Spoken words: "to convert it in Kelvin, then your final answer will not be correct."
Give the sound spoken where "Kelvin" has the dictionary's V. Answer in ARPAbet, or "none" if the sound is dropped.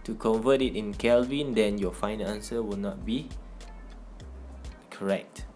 V